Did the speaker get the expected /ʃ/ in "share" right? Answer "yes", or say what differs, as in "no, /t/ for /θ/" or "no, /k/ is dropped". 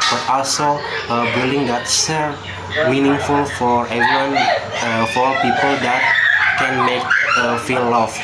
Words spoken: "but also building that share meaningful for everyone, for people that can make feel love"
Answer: no, /s/ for /ʃ/